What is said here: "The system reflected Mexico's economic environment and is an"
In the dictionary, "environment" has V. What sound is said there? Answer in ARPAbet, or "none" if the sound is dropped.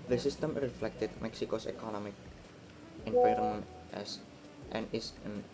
P